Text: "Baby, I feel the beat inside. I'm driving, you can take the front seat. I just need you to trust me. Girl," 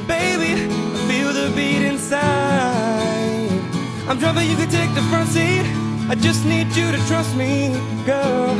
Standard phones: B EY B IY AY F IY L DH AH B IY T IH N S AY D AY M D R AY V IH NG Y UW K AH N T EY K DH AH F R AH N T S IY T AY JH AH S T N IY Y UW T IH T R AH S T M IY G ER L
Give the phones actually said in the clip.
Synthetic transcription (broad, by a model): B EY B IY AY F IY L DH AH B IY T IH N S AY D AY M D R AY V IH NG Y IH K AH N T EY K DH AH F R AH N T S IY T AY JH AH S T N IY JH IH T IH T R AH S T M IY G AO